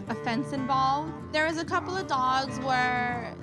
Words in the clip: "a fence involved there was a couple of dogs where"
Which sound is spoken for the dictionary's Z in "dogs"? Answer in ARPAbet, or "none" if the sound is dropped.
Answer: Z